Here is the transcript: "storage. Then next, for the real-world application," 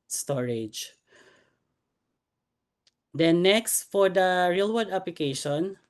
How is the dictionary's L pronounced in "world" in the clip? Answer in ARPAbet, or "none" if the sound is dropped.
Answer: none